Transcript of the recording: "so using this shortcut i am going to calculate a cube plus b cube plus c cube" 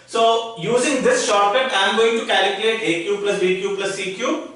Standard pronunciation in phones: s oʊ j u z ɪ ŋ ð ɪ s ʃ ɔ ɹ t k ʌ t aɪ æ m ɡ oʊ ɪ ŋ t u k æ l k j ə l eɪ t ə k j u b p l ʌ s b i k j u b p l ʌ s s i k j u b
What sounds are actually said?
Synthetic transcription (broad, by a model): s oʊ j u z ɪ ŋ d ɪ s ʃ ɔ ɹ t ʌ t aɪ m ɡ oʊ ɪ ŋ t u k æ l k j ə l eɪ t ə k j u p l ʌ s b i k j u p l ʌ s s i k j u